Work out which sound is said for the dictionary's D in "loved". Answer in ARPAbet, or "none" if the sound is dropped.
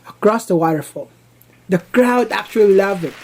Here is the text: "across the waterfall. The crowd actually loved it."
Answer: none